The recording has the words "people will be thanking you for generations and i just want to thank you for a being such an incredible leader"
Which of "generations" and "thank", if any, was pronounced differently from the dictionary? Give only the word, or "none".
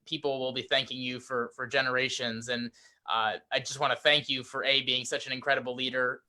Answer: none